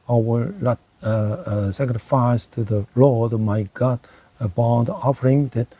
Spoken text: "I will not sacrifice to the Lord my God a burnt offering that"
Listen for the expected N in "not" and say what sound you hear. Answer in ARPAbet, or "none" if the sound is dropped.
L